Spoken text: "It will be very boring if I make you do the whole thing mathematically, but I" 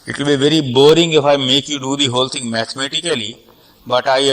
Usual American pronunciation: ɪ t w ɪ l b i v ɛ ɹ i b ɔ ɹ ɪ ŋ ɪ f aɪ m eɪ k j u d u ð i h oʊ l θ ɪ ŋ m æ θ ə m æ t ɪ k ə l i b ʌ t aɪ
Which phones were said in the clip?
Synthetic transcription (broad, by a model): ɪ t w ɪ l b i v ɛ ɹ i b ɔ ɹ ɪ ŋ ɪ f aɪ m eɪ k j u d u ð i h oʊ l t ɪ ŋ m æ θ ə m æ t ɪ k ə l i b ʌ t aɪ